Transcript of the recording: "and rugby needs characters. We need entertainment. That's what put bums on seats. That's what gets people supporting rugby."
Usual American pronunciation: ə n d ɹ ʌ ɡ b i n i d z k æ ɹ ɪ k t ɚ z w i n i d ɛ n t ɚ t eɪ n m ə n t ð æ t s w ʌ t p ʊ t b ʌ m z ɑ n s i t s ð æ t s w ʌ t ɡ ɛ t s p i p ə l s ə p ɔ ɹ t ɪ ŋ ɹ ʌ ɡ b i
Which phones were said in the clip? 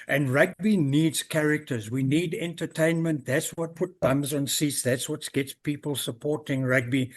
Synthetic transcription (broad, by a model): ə n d ɹ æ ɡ b i n i d z k æ ɹ ɪ k t ɚ z w i n i d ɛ n t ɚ t eɪ n m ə n t ð æ t s w ʌ t p ʊ t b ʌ m z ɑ n s i t s ð æ t s w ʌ t ɡ ɛ t s p i p ə l s ə p ɔ ɹ t ɪ ŋ ɹ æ ɡ b i